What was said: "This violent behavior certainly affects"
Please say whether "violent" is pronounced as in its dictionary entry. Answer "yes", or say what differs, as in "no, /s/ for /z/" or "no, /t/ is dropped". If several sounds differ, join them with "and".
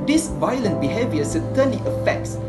yes